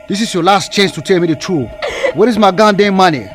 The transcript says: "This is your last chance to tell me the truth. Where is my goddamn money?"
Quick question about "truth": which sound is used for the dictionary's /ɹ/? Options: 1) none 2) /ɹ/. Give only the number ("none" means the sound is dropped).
1